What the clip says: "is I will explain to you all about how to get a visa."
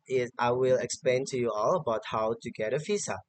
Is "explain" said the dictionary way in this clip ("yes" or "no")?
yes